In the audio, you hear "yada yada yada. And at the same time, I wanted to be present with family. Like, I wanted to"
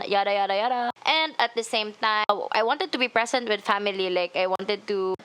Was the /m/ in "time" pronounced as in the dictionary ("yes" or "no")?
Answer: no